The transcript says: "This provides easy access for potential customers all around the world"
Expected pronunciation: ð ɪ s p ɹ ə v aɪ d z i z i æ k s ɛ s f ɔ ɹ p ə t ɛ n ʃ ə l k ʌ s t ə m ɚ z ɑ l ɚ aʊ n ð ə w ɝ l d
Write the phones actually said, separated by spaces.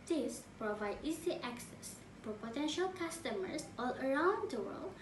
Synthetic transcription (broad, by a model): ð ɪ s p ɹ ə v aɪ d i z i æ k s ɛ s f ɔ ɹ p ə t ɛ n ʃ ə l k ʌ s t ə m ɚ s ɑ l ɚ aʊ n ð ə w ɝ l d